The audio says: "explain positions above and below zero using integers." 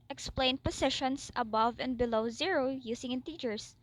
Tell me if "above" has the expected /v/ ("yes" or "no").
yes